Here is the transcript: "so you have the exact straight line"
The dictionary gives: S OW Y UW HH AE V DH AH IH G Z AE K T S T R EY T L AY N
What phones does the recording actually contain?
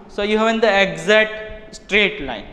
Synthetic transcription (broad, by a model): S OW Y UW HH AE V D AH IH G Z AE T S T R EY T L AY N